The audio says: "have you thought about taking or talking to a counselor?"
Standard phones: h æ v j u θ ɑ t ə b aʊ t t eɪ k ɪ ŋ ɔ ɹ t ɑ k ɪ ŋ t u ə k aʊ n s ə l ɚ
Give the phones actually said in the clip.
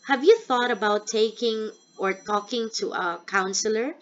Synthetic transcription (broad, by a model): h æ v j u θ ɑ t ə b aʊ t t eɪ k ɪ ŋ ɔ ɹ t ɑ k ɪ ŋ t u ə k aʊ n s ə l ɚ